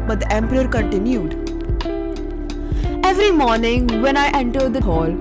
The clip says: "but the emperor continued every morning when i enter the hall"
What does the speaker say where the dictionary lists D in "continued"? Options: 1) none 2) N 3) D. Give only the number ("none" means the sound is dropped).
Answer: 3